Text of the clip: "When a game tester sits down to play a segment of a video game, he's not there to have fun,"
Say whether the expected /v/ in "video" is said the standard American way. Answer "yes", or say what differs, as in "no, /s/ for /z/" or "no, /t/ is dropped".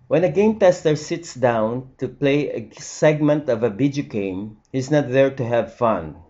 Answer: no, /b/ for /v/